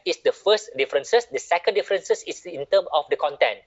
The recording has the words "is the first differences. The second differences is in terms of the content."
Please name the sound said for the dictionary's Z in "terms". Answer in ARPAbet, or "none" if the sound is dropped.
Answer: none